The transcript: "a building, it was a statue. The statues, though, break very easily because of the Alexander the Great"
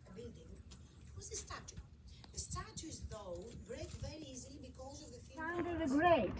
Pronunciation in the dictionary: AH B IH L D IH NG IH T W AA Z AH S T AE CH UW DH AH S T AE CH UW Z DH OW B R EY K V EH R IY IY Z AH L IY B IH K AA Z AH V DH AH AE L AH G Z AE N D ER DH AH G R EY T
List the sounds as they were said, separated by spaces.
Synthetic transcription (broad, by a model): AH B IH D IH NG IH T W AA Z AH S T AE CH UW DH AH S T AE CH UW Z DH OW B R EY K V EH R IY IY Z AH L IY B IH K AA Z AH V DH AH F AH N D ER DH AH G R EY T